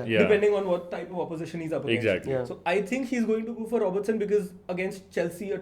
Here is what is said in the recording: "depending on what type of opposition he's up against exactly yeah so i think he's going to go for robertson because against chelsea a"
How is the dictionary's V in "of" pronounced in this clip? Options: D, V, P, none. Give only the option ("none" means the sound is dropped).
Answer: V